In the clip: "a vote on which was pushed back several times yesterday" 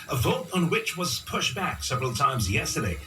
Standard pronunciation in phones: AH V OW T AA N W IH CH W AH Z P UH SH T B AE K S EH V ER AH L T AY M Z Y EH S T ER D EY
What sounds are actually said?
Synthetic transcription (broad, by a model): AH V OW T N W IH CH W AH Z P UH SH B AE K S EH V ER AH L T AY M Z Y EH S T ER D EY